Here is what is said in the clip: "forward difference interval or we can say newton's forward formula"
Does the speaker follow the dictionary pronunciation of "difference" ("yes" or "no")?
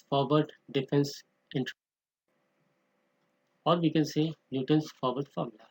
no